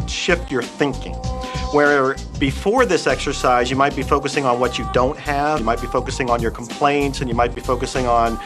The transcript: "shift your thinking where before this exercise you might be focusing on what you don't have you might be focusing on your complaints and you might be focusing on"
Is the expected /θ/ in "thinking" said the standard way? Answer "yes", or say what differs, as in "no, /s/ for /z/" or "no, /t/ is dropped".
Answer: yes